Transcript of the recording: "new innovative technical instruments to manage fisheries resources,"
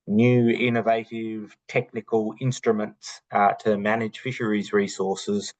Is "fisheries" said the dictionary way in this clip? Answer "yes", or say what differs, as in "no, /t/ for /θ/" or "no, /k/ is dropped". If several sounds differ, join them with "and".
yes